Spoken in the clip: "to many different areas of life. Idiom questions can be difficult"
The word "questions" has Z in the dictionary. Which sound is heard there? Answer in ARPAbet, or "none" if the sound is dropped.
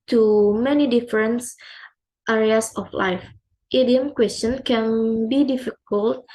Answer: none